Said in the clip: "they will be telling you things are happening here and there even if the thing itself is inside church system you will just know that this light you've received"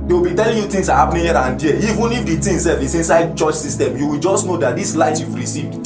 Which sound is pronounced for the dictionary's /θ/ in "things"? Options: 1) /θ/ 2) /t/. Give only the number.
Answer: 2